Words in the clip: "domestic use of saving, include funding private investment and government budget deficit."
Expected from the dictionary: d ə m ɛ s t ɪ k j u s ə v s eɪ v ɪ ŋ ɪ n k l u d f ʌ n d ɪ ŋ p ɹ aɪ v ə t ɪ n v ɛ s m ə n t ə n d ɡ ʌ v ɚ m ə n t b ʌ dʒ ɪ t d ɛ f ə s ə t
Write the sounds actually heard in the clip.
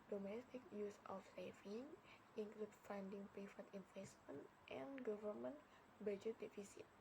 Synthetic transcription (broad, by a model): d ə m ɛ s t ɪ k j u s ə f s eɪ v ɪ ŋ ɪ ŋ k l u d f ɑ n d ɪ ŋ p ɛ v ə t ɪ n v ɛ s m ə n t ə n ɡ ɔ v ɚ m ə n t b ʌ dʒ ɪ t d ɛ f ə s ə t